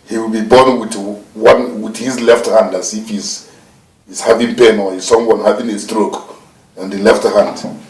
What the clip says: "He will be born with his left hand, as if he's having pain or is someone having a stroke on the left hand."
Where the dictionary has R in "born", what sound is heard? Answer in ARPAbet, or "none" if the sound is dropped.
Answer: W